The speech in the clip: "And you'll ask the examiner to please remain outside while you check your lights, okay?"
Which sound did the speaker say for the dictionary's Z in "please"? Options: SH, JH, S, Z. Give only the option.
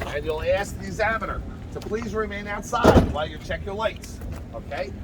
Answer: Z